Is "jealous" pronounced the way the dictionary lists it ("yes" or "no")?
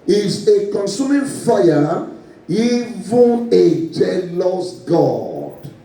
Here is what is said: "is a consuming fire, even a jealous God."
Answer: yes